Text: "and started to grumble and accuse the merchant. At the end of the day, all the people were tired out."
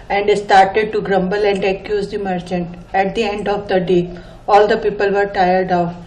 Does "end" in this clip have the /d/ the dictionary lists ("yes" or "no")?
yes